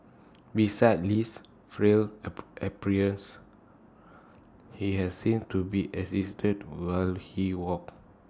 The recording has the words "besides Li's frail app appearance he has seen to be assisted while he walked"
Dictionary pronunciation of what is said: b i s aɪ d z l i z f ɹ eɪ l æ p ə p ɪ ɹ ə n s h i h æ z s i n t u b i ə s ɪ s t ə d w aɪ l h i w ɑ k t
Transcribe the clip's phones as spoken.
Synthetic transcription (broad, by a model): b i s aɪ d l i s f ɹ eɪ l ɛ p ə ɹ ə n s h i h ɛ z s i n t u b i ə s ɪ s t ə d w aɪ l h i w ɑ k